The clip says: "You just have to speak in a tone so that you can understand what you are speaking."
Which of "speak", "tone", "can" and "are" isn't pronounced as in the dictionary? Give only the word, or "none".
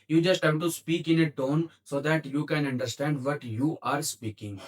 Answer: none